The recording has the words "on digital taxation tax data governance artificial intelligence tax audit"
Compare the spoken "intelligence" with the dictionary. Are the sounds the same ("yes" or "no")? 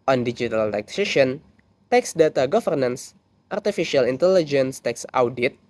yes